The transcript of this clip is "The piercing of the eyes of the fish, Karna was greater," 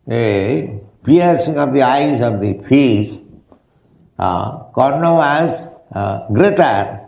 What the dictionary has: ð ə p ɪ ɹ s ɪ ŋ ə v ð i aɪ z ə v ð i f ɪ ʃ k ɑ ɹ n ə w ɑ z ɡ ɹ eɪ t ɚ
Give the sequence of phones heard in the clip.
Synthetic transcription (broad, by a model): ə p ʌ ɹ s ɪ ŋ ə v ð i aɪ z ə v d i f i s k ɑ ɹ n ə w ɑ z ɡ ɹ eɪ t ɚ